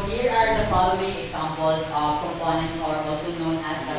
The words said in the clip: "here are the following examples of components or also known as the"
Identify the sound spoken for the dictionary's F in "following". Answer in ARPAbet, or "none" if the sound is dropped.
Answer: P